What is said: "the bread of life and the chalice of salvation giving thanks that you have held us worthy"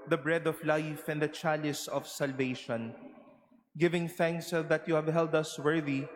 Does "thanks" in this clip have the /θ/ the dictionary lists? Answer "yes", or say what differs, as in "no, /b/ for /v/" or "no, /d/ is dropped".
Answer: yes